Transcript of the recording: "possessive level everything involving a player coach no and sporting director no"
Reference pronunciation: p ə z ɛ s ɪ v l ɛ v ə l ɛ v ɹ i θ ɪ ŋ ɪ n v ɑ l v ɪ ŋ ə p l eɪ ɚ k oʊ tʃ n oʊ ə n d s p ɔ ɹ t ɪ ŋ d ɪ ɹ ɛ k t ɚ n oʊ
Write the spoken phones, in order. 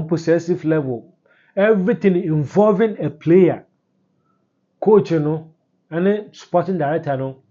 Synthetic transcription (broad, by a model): p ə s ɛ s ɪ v l ɛ v ə l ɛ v ɹ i t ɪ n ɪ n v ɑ l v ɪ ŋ ə p l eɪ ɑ k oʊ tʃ n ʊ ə n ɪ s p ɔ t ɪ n d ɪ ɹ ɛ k t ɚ n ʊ